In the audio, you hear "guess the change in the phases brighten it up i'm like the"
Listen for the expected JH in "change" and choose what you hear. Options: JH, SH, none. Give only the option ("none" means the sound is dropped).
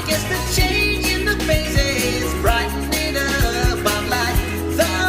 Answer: JH